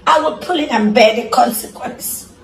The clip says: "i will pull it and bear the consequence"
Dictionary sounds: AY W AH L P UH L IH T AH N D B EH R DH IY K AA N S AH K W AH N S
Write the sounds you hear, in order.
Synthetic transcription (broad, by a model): AY W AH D P UH L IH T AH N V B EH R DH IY K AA N S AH K W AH N S